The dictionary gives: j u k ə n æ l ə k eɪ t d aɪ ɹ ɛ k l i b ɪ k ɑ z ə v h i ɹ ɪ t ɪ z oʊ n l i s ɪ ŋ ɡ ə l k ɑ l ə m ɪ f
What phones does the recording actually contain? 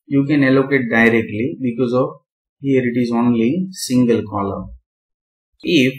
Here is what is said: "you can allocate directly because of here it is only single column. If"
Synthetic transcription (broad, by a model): j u k ə n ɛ l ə k eɪ t d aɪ ɹ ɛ k l i b ɪ k ɑ z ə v h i ɹ ɪ t ɪ z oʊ n l i s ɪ ŋ ɡ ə l k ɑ l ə ɪ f